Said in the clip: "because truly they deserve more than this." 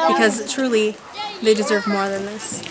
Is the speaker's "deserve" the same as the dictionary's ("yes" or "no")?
yes